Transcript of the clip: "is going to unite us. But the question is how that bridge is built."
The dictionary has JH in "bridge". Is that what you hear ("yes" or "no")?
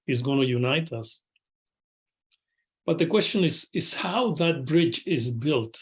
yes